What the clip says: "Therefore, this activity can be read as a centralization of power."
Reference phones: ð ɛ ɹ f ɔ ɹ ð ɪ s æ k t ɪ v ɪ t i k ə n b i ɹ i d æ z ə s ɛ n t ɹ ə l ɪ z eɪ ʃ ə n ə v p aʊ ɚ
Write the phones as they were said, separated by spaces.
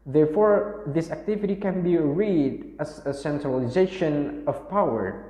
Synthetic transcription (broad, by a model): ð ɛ ɹ f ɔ ɹ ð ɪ s æ k t ɪ v ɪ t i k ə n b i ɹ i d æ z ə s ɛ n t ɹ ə l ɪ z eɪ ʃ ə n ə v p aʊ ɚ